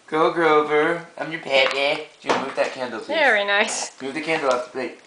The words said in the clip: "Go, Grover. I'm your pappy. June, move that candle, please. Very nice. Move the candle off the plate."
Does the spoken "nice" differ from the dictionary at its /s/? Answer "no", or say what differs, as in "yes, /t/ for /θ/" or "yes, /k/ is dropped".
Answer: no